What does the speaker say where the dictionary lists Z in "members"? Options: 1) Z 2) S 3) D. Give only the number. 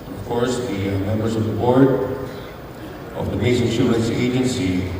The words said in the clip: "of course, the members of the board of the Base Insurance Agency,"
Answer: 2